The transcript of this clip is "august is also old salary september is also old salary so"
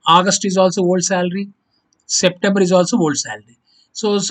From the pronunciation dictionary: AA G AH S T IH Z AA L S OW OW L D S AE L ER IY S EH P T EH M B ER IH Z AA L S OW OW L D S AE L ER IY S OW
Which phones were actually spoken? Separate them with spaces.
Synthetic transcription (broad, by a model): AA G AH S T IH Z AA L S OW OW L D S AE L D IY S EH P T EH M B ER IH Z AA L S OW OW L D S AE L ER IY S OW